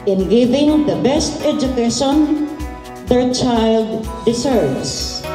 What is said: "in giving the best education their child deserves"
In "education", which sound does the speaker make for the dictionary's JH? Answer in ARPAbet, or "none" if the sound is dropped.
JH